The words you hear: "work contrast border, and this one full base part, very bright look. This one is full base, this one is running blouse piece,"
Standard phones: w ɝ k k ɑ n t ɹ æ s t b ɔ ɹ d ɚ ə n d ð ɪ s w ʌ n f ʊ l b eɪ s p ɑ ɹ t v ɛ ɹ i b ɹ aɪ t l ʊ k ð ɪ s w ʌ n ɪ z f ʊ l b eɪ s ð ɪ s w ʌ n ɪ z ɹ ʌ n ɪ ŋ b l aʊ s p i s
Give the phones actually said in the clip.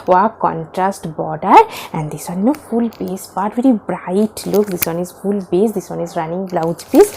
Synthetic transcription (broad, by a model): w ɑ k k ɑ n t ɹ æ s t b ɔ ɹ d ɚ ə n d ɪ s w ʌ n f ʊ l b eɪ s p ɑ t v ɛ ɹ i b ɹ aɪ t l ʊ k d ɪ s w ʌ n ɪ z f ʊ l b eɪ s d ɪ s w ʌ n ɪ z ɹ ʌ n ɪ ŋ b l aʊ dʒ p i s